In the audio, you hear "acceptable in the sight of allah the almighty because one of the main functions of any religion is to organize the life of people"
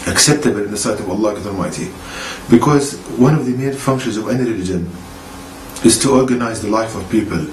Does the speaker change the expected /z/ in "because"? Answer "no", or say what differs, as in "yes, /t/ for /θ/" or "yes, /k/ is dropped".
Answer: no